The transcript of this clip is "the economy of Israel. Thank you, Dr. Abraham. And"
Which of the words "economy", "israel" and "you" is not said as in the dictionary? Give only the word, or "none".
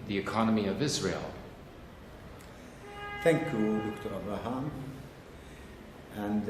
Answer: none